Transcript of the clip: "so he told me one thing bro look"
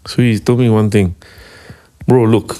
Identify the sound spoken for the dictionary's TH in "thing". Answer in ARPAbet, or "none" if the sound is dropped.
T